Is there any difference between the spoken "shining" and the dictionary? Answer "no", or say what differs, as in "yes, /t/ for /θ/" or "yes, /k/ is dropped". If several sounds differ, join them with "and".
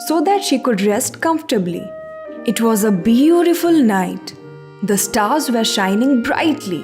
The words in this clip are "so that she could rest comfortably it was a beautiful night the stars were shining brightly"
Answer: no